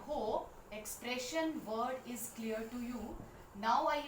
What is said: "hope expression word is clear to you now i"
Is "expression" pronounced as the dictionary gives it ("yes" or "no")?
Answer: yes